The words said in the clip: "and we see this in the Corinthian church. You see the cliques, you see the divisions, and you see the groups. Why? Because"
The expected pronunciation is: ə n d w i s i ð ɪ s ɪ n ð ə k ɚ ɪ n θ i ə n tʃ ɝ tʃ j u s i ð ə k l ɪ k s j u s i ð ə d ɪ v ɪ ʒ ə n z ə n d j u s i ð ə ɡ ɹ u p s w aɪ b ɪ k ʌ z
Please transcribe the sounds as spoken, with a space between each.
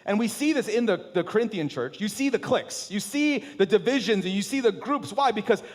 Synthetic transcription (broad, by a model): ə n w i s i ð ɪ s ɪ n ð ə k ɚ ɪ n θ i ə n tʃ ɝ tʃ j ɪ s i ð ə k l ɪ k s j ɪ s i ð ə d ɪ v ɪ ʒ ə n z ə n j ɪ s i ð ə ɡ ɹ u p s w aɪ b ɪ k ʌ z